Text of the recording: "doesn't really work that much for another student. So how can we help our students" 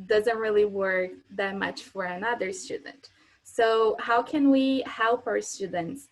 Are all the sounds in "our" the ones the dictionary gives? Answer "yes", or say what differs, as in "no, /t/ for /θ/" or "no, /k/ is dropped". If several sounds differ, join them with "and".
yes